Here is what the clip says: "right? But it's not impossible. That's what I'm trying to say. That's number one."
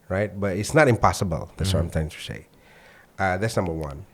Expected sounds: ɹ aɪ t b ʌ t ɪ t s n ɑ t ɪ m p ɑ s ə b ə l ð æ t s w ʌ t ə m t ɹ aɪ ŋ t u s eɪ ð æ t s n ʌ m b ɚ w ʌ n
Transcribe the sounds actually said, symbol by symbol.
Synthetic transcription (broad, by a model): ɹ aɪ t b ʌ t ɪ t s n ɑ t ɪ m p ɑ s ə b ə l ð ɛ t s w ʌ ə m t aɪ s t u s eɪ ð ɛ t s n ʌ m b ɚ w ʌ n